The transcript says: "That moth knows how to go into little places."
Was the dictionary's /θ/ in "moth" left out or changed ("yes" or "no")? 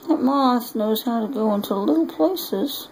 yes